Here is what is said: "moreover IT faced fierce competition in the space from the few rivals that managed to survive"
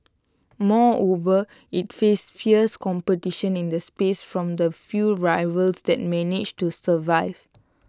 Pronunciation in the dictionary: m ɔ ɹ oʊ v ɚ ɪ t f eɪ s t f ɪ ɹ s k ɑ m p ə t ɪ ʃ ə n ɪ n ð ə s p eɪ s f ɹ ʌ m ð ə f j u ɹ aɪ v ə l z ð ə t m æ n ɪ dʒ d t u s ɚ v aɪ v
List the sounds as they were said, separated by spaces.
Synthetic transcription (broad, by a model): m ɔ oʊ v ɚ ɪ t f eɪ s f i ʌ s k ɑ m p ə t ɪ ʃ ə n ɪ n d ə s p eɪ s f ɹ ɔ m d ə f j u ɹ aɪ v ə l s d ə t m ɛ n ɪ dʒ t u s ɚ v aɪ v